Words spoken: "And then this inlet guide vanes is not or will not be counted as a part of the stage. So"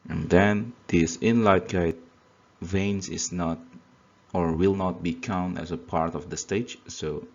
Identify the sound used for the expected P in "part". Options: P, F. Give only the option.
P